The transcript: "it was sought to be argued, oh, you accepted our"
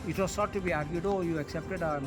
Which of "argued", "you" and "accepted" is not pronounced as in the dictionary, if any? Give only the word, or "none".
none